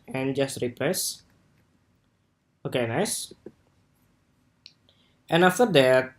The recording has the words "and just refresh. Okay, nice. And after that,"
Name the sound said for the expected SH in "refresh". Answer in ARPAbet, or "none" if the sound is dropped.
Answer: S